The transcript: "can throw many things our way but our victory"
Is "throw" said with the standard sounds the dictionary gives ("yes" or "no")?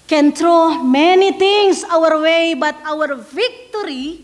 no